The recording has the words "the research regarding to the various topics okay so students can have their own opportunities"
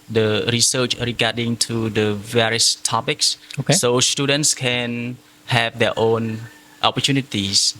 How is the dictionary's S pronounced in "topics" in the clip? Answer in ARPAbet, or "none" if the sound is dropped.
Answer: S